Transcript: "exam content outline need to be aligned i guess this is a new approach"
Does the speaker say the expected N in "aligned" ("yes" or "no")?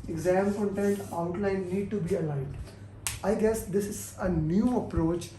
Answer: no